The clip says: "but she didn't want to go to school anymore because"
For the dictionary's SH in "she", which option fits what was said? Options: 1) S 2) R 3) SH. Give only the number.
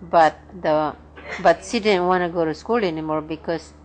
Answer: 1